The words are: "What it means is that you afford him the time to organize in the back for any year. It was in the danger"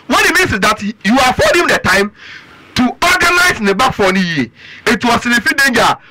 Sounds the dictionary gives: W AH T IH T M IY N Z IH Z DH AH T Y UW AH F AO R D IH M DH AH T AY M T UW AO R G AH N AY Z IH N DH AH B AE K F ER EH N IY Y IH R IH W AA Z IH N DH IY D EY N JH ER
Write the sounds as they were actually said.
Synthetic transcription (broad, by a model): W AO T IH T M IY N S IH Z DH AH T Y UW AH F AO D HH IH M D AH T AY M T UW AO G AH N AY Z IH N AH B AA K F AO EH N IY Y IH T IH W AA S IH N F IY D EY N JH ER